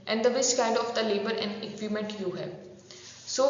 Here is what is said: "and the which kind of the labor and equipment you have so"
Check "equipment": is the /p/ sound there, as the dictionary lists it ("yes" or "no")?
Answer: no